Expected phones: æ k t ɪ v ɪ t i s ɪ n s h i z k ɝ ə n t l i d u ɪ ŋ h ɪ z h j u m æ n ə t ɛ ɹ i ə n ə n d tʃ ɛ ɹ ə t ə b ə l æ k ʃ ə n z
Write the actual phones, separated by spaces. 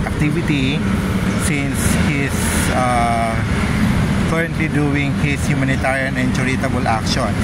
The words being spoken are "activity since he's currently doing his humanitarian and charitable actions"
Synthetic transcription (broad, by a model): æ k t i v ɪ t i s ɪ n s h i s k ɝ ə n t l i d u ɪ ŋ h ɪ s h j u m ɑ n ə t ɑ ɹ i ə n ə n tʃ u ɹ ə t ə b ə l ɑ k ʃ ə n